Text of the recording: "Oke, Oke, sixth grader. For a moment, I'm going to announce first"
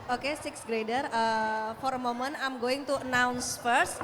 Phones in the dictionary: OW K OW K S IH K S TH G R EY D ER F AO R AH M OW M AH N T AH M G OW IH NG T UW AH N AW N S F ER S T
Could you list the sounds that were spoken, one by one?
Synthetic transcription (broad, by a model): OW K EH S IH K S G R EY D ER F AO R M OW M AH N AH M G OW IH NG T UW AH N AW N S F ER S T